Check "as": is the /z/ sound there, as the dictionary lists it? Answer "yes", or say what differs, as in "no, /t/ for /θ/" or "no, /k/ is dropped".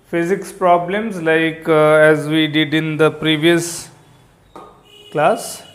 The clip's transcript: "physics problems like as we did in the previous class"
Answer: yes